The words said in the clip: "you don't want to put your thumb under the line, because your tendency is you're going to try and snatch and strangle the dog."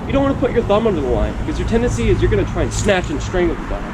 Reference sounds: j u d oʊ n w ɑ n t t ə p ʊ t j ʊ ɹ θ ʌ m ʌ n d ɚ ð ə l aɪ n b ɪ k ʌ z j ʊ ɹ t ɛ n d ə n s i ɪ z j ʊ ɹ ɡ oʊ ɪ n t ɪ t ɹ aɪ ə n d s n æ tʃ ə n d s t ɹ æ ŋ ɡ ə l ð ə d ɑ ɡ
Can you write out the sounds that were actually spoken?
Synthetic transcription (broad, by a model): j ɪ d oʊ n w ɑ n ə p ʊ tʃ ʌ ɹ θ ʌ m ʌ n d ɚ ð ə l aɪ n b ɪ k ʌ z j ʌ ɹ t ɛ n d ə n s i ɪ z j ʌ ɹ ɡ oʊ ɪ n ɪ t ɹ aɪ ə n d s n æ tʃ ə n s t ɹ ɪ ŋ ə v ð ə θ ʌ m